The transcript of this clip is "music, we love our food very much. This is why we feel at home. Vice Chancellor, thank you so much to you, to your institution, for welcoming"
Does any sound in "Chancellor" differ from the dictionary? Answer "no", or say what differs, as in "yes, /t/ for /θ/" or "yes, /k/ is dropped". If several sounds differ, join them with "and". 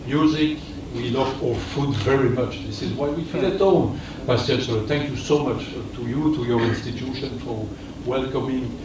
yes, /l/ is dropped